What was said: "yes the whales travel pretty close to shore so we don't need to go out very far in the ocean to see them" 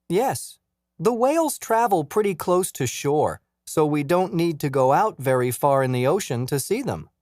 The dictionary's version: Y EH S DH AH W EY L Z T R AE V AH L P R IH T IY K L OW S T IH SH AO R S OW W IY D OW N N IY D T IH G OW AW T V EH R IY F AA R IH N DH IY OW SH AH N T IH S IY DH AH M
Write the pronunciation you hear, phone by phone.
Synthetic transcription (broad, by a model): Y EH S DH AH W EY L Z T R AE V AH L P R IH T IY K L OW S T IH SH AO R S OW W IY D OW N N IY D T IH G OW AW T V EH R IY F AA R IH N DH IY OW SH AH N T IH S IY DH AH M